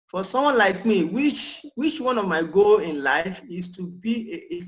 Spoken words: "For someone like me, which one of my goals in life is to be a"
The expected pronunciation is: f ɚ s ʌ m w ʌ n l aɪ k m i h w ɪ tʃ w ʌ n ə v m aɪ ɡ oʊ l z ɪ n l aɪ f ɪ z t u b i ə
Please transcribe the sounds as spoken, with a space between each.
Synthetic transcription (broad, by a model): f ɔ s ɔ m w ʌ n l aɪ k m i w w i tʃ w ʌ n ə v m aɪ ɡ oʊ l ɪ n l aɪ f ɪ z t u b i